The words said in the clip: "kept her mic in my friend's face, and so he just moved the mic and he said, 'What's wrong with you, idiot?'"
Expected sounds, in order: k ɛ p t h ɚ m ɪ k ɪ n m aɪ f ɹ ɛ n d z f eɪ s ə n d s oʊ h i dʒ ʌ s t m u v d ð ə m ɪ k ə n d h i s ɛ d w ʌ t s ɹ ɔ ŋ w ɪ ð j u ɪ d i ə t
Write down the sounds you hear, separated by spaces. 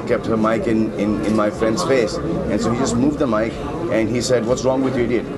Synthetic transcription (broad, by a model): k ɛ p t h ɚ m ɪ k ɪ n m aɪ f ɹ ɛ n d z f eɪ s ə n s oʊ h i dʒ ʌ s t m u v d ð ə m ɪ k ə n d h i s ɛ d w ʌ t s ɹ ɔ ŋ w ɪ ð j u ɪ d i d